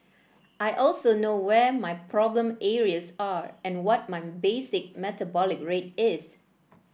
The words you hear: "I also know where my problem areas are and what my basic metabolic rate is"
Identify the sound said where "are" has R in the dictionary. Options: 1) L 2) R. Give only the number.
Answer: 2